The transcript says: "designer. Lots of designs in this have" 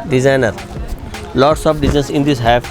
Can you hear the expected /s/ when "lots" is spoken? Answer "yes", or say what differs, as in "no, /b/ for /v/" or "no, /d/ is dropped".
yes